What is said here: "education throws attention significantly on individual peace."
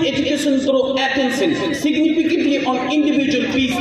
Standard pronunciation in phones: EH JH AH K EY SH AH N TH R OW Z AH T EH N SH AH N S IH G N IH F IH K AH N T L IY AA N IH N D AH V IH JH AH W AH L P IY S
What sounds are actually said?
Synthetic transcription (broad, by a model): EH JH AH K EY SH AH N S R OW AH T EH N S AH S S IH G N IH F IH K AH N T L IY AA N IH N D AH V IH JH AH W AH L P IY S